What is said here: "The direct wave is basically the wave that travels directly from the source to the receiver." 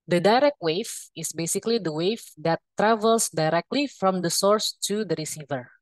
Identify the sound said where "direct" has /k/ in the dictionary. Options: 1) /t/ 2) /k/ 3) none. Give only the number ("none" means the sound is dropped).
2